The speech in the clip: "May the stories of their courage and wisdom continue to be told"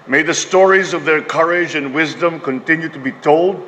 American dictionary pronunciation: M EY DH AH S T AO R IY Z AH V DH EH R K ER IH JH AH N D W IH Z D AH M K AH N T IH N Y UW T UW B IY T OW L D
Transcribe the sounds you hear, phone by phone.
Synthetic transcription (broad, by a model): M EY DH AH S T AO R IY Z AH V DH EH R K ER IH JH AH N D W IH Z D AH M K AH N T IH N Y UW T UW B IY T OW L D